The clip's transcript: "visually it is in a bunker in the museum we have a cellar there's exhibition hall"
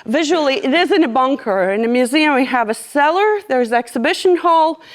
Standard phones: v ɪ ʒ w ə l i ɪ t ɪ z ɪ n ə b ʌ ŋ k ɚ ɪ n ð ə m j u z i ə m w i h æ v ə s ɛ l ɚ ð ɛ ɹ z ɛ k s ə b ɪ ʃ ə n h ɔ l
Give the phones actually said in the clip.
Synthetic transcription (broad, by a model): v ɪ ʒ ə l i ɪ t ɪ z ɪ n ə b ʌ ŋ k ɚ ɪ n ð ə m j u z i ə m w i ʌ v ə s ɛ l ɚ ð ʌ ɹ z ɛ k s ə b ɪ ʃ ə n h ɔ l